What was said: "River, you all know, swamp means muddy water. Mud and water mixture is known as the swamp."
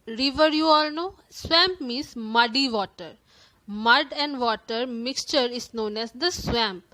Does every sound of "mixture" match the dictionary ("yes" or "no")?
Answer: yes